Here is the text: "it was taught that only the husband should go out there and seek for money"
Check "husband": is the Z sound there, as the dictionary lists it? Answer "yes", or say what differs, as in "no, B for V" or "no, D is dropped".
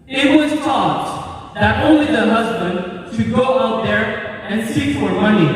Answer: yes